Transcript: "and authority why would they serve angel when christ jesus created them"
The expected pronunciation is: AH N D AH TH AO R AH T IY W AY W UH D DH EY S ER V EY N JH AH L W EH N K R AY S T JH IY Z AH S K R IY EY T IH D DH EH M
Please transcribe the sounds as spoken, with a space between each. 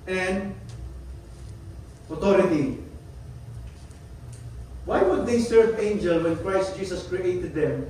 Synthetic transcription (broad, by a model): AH N D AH T AO R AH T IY W AY W UH D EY S ER V EY N JH AH L W EH N K R AY S T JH IY S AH S K R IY EY T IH D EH M